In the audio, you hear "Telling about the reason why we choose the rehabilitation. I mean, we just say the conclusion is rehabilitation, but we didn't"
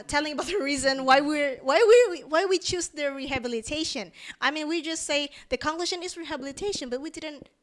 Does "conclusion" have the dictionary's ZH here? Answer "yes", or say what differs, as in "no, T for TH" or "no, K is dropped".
no, SH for ZH